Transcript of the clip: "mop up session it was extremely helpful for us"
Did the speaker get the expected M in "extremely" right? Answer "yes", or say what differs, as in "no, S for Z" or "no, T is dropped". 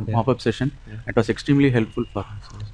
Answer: yes